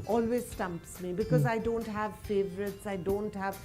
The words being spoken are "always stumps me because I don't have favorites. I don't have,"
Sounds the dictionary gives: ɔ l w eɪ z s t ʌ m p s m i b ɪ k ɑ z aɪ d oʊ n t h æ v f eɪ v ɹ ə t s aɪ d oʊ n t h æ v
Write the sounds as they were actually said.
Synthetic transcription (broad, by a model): ɔ l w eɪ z s t ʌ m p s m i b ɪ k ɑ z aɪ d oʊ n t h æ v f eɪ v ɹ ə t s aɪ d oʊ n t h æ v